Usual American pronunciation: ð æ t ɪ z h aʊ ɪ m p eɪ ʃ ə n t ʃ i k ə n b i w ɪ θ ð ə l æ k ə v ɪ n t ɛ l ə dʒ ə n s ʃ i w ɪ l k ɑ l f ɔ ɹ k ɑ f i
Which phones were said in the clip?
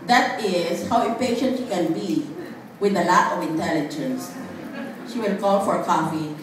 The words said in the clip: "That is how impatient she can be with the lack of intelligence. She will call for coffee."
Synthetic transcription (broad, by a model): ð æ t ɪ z h aʊ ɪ p eɪ ʃ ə n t k ə n b i w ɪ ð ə l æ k ə v ɪ n t ɛ l ə dʒ ə n s ʃ i w ɪ l k ɑ l f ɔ ɹ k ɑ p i